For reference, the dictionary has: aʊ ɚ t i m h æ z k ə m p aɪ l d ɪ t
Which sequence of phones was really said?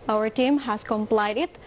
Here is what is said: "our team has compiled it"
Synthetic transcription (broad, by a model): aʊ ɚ t i m h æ s k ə m p aɪ d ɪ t